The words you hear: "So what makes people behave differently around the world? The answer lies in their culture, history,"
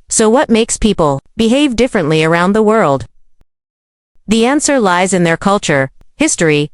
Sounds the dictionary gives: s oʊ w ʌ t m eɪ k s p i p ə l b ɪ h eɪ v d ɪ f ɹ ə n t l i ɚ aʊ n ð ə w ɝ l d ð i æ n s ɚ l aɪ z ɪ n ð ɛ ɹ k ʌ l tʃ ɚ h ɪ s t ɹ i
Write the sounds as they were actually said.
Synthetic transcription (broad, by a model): s oʊ w ʌ t m eɪ k s p i p ə l b ɪ h eɪ v d ɪ f ɹ ə n t l i ɚ aʊ n ð ə w ɝ l d ð i æ n s ɚ l aɪ z ɪ n ð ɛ ɹ k ʌ l tʃ ɚ h ɪ s t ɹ i